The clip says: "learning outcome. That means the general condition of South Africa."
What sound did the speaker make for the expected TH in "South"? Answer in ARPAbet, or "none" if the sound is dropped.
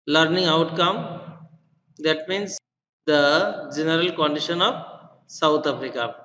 T